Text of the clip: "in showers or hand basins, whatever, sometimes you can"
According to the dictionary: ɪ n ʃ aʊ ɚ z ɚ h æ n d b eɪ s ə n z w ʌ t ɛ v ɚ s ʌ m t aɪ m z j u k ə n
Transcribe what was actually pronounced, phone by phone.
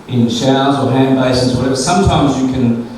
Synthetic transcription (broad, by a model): ɪ n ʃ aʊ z ɚ h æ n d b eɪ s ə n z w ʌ t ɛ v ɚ s ʌ m t aɪ m z j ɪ k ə n